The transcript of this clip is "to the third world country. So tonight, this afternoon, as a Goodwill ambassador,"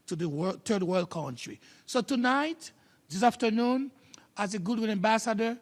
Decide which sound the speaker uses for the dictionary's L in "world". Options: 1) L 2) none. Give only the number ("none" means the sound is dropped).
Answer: 1